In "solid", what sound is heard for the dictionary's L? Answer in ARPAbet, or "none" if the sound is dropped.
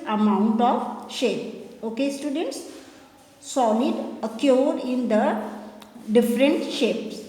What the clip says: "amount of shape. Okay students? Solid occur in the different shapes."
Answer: N